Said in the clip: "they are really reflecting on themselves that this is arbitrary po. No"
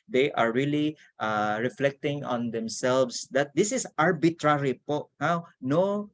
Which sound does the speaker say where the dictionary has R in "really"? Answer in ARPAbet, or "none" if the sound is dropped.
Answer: L